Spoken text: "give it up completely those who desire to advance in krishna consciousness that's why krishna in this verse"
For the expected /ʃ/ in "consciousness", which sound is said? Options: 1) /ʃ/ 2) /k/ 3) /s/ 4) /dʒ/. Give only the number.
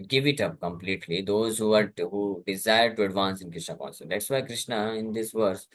3